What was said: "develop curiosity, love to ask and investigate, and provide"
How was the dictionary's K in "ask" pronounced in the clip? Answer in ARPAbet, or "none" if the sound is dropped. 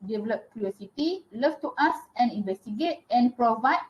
none